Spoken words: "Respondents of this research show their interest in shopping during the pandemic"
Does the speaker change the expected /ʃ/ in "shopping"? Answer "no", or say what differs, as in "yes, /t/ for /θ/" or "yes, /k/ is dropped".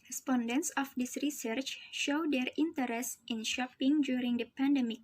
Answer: no